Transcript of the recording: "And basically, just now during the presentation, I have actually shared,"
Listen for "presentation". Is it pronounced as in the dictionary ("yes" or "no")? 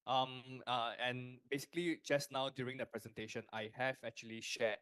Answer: yes